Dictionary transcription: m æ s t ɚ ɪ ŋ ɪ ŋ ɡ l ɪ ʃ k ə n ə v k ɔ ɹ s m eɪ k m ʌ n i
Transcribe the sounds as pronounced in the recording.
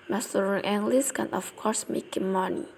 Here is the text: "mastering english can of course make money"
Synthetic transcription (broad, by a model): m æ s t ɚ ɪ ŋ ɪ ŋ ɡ l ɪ s k ə n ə f k ɔ ɹ s m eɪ k m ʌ n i